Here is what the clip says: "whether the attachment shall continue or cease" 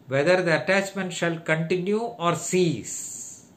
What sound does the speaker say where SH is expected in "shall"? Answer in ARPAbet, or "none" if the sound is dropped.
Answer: SH